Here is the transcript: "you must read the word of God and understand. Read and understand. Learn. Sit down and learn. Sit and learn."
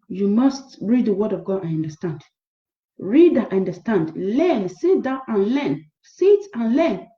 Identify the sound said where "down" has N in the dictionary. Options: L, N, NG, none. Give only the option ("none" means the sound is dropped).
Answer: none